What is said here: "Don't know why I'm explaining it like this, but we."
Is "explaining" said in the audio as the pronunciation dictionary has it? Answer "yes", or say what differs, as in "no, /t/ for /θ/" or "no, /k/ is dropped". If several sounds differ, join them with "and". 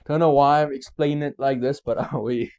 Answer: no, /n/ is dropped